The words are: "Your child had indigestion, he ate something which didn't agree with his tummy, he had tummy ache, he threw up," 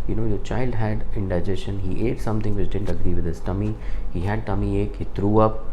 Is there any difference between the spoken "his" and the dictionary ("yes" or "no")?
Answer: yes